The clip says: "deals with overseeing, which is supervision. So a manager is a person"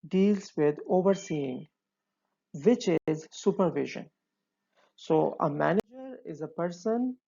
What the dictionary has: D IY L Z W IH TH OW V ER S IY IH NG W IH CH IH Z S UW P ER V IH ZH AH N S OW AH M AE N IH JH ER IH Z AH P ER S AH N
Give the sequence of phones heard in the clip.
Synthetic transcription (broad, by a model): D IY L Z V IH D OW V ER S IY IH NG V IH CH IH Z S UW P ER V IH ZH AH N S OW AH M AE N IH JH ER IH Z AH P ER S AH N